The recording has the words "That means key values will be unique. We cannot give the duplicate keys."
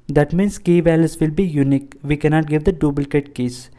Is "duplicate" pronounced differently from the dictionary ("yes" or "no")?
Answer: yes